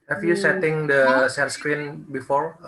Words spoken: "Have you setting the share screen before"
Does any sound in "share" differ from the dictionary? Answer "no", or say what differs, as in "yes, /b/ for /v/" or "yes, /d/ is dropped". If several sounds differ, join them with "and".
yes, /s/ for /ʃ/ and /l/ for /ɹ/